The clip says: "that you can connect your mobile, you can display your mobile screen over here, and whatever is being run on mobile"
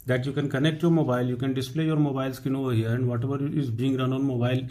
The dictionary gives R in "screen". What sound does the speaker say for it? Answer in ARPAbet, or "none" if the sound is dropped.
none